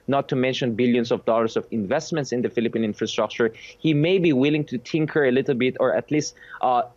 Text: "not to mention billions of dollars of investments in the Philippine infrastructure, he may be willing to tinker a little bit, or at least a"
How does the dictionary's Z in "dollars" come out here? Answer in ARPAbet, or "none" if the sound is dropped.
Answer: S